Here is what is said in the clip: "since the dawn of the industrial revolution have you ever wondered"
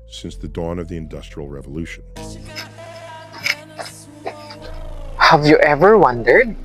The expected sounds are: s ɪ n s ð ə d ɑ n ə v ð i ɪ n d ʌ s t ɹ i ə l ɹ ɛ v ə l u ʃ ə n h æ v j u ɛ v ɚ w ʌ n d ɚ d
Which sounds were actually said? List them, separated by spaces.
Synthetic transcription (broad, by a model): s ɪ n s ð ə d ɑ n ə v ð i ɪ n d ʌ s t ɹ i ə l ɹ ɛ v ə l u ʃ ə n h æ v j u ɛ v ɚ w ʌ n d ɚ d